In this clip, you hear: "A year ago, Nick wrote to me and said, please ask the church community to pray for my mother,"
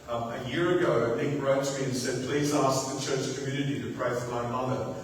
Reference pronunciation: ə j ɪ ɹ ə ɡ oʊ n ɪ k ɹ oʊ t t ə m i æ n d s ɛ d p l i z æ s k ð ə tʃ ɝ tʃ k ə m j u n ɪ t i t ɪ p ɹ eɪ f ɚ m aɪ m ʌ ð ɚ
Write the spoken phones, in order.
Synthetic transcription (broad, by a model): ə j ɪ ɹ ə ɡ oʊ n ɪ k ɹ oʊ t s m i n s ɛ d p l i z æ s k ð ə tʃ ɝ tʃ k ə m j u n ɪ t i t ɪ p ɹ eɪ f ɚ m aɪ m ʌ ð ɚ